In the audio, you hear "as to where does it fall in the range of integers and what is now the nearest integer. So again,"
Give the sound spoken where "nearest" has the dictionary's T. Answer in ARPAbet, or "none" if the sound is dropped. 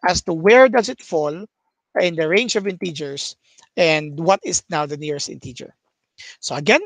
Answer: T